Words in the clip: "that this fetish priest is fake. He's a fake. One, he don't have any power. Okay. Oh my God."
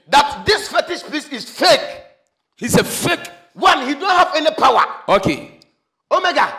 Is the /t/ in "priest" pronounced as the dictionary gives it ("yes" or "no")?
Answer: no